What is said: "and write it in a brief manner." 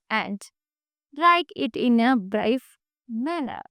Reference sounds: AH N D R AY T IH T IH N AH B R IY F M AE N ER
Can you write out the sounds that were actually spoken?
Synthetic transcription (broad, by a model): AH N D L AY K IH T IH N AH B R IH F M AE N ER